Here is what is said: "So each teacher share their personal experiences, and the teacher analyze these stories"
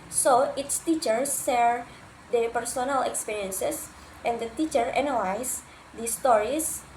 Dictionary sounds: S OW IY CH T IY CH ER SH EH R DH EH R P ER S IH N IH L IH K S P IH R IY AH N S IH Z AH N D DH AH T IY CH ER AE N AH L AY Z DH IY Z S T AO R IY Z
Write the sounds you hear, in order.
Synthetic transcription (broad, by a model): S OW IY S T IY CH ER S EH R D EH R P ER S IH N IH L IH K S P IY R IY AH N S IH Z AH N D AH T IY CH ER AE N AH L AY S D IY S T AO R IY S